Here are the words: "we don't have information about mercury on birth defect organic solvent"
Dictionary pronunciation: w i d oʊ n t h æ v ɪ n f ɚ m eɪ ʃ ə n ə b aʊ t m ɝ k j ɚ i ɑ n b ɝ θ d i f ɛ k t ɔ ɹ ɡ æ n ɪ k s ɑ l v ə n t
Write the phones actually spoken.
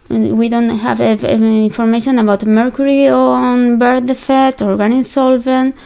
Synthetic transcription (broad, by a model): w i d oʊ n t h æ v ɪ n f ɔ m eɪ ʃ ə n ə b aʊ t m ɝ k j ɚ i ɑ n b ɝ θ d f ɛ t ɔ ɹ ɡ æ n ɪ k s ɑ l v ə n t